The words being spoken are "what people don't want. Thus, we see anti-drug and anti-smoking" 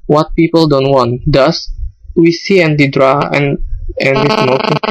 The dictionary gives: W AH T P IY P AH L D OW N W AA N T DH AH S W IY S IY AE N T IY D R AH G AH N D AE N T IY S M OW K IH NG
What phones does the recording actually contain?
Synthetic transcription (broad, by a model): W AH T P IY P AH L D OW N W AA N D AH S W IY S IY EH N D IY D R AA AH N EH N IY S M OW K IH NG